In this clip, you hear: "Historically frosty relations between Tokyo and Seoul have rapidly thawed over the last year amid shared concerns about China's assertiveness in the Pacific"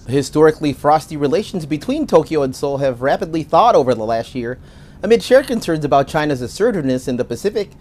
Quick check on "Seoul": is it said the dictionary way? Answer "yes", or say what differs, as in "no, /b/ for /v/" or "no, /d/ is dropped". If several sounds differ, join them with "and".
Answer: yes